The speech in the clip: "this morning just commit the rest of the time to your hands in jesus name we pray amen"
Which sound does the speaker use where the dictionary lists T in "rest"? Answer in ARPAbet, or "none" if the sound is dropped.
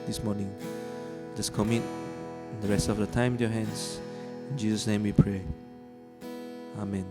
T